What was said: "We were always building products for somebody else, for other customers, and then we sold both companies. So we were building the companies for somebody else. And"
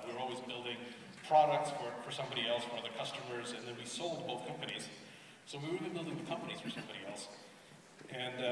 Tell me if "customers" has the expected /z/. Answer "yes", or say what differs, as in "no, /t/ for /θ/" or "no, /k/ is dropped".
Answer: yes